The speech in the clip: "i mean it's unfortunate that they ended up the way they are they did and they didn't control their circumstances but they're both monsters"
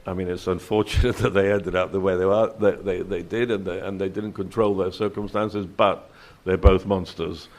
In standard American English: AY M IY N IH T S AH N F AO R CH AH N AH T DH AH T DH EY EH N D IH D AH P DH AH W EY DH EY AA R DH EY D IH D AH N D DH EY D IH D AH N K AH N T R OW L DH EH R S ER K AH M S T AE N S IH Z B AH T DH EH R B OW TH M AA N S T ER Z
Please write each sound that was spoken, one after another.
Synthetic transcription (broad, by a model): AY M IY N IH T S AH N F AO R CH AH N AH T DH AH T DH EY EH N D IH D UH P DH AH W EY DH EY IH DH DH EY D IH D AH N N DH EY D IH D N K AH N T R OW L DH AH R S ER K AH M S T AE N S IH Z B AH T DH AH R B OW TH M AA N S T ER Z